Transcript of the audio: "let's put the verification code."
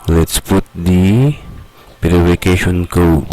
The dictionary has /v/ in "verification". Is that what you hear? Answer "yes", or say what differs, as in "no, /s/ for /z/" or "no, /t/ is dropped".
no, /p/ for /v/